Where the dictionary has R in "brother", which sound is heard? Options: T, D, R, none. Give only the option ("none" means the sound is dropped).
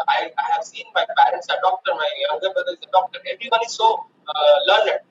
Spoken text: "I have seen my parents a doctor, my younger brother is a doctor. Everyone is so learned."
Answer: none